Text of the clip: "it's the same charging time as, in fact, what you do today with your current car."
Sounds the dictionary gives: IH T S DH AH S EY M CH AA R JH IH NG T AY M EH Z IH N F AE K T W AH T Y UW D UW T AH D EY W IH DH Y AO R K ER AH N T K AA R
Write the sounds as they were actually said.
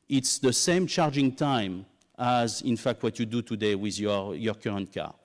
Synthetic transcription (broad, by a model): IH T S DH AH S EY M CH AA R JH IH NG T AY M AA Z IH N F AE K T W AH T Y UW D UW T AH D EY W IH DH Y AO R K ER AH N T K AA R